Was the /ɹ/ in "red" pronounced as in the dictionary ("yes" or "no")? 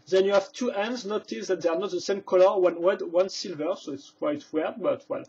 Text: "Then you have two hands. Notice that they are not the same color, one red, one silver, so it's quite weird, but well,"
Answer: no